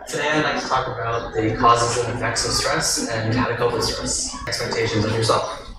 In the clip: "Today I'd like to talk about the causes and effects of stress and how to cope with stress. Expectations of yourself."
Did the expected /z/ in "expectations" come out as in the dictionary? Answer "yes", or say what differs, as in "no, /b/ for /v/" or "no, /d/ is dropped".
yes